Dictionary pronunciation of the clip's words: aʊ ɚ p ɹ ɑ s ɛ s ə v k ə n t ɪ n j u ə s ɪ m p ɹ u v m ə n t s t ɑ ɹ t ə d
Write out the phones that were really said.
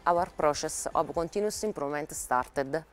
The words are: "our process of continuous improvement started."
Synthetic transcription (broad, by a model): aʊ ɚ p ɹ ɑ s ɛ s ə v k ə n t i n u s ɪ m p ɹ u m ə n t s t ɑ ɹ t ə d